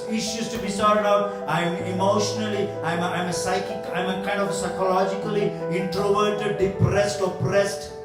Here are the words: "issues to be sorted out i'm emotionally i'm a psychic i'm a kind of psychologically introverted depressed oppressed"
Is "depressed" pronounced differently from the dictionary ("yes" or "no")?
no